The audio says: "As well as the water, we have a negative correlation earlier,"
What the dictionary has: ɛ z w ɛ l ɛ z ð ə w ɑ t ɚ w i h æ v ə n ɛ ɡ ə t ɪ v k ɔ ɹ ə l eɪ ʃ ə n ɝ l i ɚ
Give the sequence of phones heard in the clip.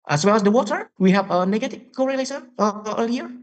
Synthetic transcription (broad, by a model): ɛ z w ɛ l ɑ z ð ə w ɑ t ɚ w i h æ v ə n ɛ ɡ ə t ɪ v k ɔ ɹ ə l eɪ s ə ɝ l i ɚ